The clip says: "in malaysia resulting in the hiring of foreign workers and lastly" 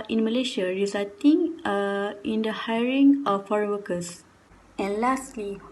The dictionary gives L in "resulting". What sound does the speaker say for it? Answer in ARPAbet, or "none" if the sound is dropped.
none